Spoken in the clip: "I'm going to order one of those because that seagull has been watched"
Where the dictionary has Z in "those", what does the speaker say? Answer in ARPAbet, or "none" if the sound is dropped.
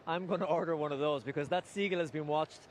Z